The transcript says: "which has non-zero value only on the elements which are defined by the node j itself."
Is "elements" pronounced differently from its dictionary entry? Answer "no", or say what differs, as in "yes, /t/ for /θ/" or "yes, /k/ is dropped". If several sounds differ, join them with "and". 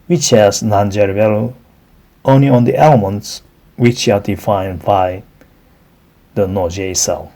no